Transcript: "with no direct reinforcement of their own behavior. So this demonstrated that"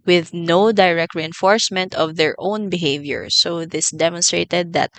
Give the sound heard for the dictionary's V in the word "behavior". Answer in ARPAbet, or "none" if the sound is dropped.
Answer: V